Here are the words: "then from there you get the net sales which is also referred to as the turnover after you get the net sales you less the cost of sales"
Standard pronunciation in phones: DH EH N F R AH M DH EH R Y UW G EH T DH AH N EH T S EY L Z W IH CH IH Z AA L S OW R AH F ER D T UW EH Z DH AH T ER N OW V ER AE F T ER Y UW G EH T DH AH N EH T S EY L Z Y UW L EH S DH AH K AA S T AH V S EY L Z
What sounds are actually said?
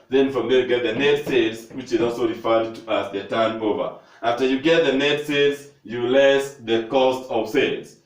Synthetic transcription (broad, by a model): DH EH N F R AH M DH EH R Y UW G EH T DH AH N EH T S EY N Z W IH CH IH Z AA L S OW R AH F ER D T UW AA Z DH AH T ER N OW V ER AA F T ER Y UW G EH T DH AH N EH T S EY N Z Y UW L EH S DH AH K AA S T AH V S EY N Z